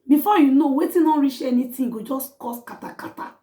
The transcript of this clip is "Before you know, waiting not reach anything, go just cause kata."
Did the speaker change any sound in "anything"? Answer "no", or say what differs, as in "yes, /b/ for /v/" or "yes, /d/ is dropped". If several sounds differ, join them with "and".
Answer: yes, /t/ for /θ/